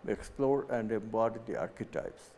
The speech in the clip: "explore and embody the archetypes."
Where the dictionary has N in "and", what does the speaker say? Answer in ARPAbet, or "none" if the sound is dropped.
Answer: N